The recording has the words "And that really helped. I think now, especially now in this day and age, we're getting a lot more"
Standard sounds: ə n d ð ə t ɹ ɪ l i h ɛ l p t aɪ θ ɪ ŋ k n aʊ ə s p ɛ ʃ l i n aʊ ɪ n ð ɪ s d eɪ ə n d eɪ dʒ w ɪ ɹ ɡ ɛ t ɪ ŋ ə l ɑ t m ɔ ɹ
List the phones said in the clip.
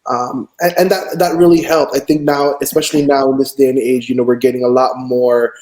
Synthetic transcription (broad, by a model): ə n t ð ə t ɹ ɪ l i h ɛ l p t aɪ θ ɪ ŋ k n aʊ ə s p ɛ ʃ l i n aʊ ɪ n ð ɪ s d eɪ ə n eɪ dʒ w ɪ ɹ ɡ ɛ t ɪ ŋ ə l ɑ t m ɔ ɹ